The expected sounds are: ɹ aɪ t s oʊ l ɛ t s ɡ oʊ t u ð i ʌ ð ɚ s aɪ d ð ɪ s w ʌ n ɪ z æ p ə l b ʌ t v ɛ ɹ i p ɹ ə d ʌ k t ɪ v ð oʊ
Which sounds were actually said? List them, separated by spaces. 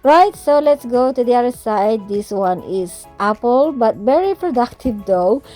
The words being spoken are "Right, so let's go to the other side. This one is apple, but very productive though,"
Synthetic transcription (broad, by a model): ɹ aɪ t s oʊ l ɛ t s ɡ oʊ t u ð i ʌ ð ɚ s aɪ d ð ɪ s w ʌ n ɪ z æ p ə l b ʌ t v ɛ ɹ i p ɹ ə d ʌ k t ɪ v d oʊ